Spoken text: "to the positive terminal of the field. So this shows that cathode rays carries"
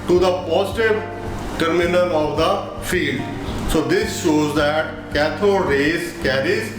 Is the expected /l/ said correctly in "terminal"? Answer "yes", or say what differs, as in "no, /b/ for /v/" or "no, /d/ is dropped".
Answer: no, /n/ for /l/